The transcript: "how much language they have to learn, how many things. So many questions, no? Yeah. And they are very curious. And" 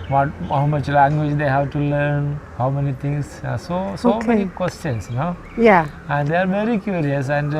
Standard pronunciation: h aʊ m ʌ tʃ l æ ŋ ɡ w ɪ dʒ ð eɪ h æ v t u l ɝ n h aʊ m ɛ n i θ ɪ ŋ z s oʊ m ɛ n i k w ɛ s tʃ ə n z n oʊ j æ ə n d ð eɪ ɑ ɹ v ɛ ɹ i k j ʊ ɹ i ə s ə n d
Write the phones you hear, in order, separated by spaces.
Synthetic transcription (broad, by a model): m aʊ m ʌ tʃ l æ ŋ ɡ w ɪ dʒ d eɪ h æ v t u l ɝ n h aʊ m ɛ n i t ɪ ŋ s s oʊ m ɛ n i k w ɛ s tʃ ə n s n oʊ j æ ə n d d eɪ ɑ ɹ v ɛ ɹ i k j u ɹ i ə s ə n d